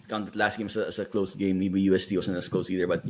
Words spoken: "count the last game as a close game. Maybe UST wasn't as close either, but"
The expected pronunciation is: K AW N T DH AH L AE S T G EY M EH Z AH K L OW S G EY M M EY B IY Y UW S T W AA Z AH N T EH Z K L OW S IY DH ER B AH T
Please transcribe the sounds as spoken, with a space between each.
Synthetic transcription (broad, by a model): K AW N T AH L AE S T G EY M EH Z AH K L OW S G EY M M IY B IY Y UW S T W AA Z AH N EH S K L OW S IY DH ER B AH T